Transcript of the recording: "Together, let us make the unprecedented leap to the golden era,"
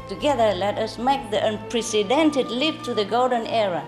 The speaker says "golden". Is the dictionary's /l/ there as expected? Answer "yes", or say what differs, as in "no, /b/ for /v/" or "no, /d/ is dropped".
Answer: yes